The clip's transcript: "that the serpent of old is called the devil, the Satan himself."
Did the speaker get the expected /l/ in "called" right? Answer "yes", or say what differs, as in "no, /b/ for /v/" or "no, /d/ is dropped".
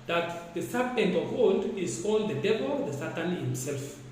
no, /n/ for /l/